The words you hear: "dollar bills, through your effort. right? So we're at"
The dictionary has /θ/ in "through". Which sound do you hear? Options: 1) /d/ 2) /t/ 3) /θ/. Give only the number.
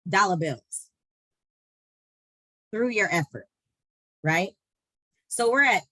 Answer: 3